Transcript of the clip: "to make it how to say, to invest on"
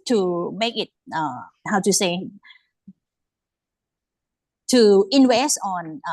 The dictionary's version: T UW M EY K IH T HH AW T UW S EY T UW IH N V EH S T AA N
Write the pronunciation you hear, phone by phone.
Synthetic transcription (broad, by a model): T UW M EY K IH T HH AW T UW S EY T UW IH N W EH S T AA N